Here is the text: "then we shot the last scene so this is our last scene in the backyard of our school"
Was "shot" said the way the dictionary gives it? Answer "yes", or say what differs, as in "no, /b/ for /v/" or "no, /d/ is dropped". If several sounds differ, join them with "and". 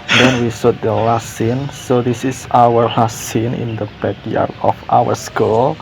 no, /s/ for /ʃ/